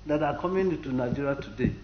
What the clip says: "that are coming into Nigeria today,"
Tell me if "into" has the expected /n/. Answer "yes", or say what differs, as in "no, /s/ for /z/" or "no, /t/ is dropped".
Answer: no, /n/ is dropped